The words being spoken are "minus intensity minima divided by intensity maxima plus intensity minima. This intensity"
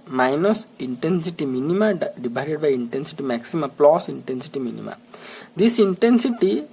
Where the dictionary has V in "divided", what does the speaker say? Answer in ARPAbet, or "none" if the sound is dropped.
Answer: B